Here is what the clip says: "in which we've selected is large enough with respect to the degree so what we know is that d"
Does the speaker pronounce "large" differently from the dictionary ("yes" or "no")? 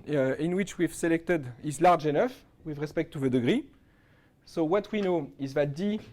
no